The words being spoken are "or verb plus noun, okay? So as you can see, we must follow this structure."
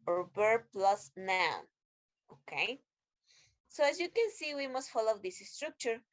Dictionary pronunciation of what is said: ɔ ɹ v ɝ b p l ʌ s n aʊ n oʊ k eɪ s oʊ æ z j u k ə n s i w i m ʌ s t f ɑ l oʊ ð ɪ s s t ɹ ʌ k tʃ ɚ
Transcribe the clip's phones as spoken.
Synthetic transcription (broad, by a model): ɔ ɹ b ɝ p l ʌ s n aʊ n oʊ k eɪ s oʊ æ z j u k ə n s i w i m ʌ s t f ɑ l oʊ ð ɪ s s t ɹ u k tʃ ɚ